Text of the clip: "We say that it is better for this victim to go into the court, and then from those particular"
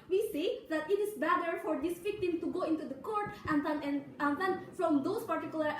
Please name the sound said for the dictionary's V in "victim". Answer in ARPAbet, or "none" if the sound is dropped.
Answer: F